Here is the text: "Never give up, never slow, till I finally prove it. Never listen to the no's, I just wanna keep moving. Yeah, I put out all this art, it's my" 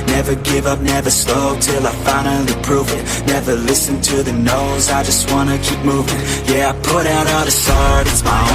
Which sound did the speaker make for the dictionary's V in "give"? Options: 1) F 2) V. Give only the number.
2